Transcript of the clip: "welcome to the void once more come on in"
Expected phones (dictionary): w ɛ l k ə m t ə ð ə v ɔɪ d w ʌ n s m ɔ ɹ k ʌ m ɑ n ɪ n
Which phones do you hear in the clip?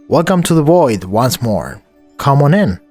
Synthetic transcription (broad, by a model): w ɛ l k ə m t ə ð ə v ɔɪ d w ʌ n s m ɔ ɹ k ʌ m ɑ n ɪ n